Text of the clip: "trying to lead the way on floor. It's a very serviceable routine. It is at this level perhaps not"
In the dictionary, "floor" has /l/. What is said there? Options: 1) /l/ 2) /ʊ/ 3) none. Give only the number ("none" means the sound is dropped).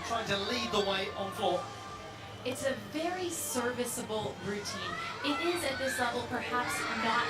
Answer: 3